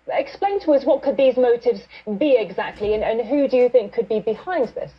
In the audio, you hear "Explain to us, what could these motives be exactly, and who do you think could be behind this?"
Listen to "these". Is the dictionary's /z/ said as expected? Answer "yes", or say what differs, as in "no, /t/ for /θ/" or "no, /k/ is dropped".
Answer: yes